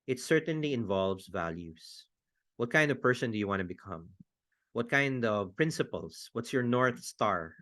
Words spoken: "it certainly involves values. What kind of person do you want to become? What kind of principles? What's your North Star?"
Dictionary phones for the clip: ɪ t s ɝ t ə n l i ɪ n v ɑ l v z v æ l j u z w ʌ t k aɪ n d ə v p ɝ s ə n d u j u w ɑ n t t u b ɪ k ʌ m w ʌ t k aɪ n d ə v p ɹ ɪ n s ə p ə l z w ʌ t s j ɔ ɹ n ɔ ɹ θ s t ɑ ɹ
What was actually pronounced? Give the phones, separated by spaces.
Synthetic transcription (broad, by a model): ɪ t s ɝ t ə n l i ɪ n v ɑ l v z v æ l j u s w ʌ t k aɪ n d ə v p ɝ s ə n d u j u w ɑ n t t u b ɪ k ʌ m w ʌ t k aɪ n d ə v p ɹ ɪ n s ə p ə l s w ʌ t s j ɔ ɹ n ɔ ɹ θ s t ɑ ɹ